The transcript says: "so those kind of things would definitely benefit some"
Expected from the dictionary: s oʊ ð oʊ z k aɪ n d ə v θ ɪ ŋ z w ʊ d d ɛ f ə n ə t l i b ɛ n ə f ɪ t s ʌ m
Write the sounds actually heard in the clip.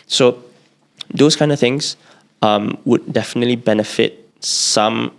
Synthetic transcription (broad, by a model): s oʊ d oʊ s k aɪ n d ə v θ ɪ ŋ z w ʊ d d ɛ f ə n ə t l i b ɛ n ə f ɪ t s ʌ m